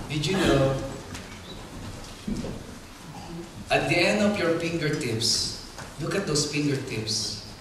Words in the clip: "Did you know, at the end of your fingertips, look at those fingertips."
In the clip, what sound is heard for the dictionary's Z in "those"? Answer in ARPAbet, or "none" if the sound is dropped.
S